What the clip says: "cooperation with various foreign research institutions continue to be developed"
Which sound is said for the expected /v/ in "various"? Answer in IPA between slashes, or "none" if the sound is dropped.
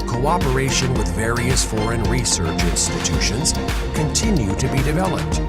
/v/